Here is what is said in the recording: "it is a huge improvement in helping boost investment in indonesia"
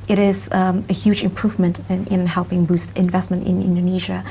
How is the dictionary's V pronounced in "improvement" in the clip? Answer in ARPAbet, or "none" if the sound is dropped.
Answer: V